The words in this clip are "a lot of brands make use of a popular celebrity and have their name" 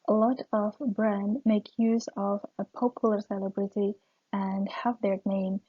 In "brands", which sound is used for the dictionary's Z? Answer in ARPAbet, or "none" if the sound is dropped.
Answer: none